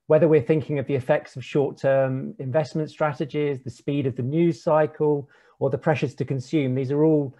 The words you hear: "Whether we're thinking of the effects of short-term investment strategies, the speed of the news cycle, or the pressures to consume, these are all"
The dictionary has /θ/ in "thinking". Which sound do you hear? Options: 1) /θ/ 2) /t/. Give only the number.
1